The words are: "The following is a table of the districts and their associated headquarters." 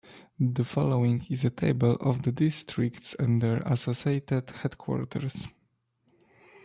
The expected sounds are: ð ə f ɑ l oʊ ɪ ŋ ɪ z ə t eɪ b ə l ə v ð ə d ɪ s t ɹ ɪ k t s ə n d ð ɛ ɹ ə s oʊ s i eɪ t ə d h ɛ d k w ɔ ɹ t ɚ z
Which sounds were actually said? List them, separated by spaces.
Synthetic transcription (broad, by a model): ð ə f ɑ l oʊ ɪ ŋ ɪ z ə t eɪ b ə l ə v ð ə d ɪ s t ɹ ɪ k t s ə n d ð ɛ ɹ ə s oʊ s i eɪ t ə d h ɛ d k w ɔ ɹ t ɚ s